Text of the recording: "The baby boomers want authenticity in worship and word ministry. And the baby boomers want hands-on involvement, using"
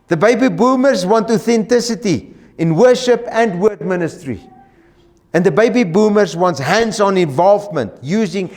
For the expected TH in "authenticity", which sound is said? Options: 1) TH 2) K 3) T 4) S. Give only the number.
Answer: 1